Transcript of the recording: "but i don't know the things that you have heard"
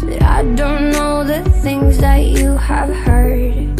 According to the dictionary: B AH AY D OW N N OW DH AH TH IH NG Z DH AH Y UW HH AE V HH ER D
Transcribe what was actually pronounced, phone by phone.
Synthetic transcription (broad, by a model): AY D OW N N OW DH AH TH IH NG Z DH AH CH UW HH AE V HH ER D